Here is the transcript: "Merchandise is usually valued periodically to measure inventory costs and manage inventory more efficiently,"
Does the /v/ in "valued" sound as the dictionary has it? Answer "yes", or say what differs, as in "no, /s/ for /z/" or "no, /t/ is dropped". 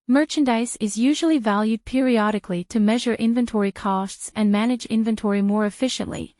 yes